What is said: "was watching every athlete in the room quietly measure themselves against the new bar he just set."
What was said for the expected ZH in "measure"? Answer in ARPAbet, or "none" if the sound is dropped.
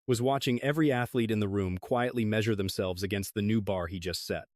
ZH